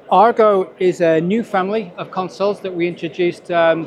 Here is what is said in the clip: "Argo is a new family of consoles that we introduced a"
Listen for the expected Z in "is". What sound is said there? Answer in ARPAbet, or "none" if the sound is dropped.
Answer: Z